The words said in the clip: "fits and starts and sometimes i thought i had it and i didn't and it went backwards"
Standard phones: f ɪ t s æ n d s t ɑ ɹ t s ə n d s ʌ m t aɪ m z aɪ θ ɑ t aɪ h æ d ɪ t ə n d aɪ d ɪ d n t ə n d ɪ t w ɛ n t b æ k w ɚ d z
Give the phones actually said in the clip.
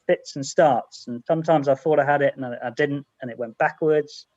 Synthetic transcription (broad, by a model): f ɪ t s n s t ɑ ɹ t s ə n s ʌ m t aɪ m z aɪ θ ɑ t aɪ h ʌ d ɪ t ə n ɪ aɪ d ɪ d n t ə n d ɪ t w ɛ n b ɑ k w ɚ d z